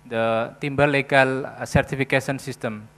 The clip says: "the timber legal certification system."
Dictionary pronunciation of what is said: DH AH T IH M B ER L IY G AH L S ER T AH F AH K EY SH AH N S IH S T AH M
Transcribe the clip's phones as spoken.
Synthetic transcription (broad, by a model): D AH T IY M B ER L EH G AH L S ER T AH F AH K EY S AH N S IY S T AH M